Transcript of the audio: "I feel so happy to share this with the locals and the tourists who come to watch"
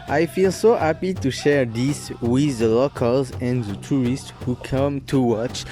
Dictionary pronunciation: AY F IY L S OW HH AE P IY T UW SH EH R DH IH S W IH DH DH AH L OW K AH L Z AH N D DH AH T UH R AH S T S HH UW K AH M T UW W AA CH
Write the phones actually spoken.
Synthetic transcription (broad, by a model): AY F IY L S OW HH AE P IY T UW SH EH R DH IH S W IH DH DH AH L OW K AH L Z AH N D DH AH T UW R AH S T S HH UW K AH M T UW W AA CH